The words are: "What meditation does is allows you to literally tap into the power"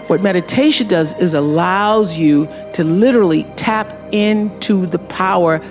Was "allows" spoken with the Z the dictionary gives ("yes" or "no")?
yes